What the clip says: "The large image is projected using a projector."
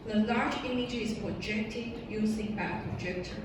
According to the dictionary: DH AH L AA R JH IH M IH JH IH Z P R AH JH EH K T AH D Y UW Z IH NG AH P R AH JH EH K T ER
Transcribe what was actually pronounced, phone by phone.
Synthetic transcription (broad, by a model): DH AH L AA R JH IH M IH JH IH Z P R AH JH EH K T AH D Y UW S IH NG AH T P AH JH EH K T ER